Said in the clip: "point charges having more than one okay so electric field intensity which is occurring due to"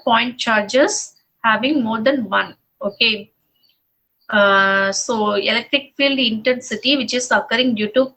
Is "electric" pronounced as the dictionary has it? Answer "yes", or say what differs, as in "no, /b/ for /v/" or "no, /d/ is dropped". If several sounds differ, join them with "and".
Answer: yes